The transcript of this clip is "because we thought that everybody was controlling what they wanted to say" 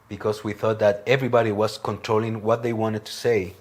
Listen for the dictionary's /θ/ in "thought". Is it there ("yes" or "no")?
yes